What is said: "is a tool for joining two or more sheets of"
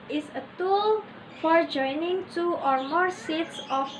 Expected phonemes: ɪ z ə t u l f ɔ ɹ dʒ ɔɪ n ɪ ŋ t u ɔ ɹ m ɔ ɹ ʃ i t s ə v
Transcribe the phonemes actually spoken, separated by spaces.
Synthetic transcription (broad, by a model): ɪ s ə t u l f ɔ ɹ dʒ ɔɪ n ɪ ŋ t u ɔ ɹ m ɔ ɹ s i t s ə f